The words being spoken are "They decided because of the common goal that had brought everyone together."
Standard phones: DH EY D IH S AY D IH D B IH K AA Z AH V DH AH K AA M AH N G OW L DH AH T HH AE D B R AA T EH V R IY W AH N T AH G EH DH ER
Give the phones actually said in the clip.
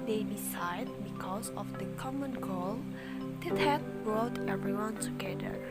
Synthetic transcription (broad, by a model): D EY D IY S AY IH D B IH K AA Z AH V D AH K AA M AH N G OW L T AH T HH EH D B R AA T EH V R IY W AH N T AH G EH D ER